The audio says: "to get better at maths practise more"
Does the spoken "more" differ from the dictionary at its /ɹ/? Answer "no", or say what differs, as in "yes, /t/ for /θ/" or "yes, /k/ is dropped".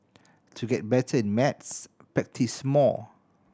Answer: yes, /l/ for /ɹ/